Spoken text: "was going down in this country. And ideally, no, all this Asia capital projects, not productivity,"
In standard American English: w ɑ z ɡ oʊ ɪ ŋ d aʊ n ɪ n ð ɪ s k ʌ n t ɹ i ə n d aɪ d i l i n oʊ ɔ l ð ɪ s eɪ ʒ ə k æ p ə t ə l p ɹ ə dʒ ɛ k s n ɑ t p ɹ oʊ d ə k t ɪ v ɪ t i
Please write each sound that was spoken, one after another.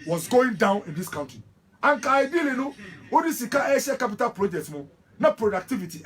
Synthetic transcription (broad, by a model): w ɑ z ɡ oʊ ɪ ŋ d aʊ n ɪ n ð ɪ s k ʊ n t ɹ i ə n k aɪ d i l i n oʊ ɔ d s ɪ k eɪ ʃ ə k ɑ p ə t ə l p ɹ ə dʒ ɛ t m n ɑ p ɹ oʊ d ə k t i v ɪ t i